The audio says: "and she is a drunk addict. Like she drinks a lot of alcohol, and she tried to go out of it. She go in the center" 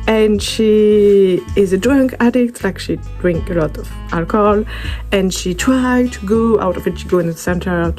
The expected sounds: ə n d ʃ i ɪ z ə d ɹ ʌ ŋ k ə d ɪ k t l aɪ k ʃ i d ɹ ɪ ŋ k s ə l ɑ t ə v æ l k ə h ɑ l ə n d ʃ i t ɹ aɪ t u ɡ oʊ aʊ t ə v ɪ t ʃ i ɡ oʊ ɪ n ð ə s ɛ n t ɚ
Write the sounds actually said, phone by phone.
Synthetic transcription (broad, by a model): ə n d ʃ i ɪ z ə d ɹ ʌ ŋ k ə d ɪ k t l aɪ k ʃ i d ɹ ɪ ŋ k ə l ɑ t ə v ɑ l k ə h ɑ l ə n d ʃ i t ɹ aɪ t u ɡ oʊ aʊ t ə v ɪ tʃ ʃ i ɡ oʊ ɪ n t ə s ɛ n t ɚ